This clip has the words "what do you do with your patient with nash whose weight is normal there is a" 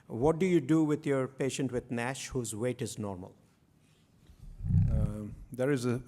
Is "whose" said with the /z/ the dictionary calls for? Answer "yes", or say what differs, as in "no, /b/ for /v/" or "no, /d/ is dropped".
yes